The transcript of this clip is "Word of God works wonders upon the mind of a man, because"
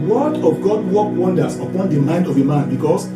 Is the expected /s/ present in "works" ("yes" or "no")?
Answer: no